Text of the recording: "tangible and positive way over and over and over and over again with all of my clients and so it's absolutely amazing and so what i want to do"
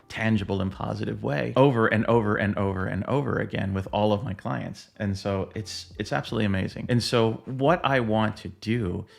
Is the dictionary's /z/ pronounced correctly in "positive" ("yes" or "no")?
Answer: yes